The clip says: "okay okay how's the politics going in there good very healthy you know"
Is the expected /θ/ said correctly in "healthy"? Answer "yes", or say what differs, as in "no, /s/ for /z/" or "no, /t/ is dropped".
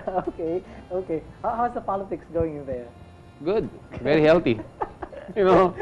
no, /t/ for /θ/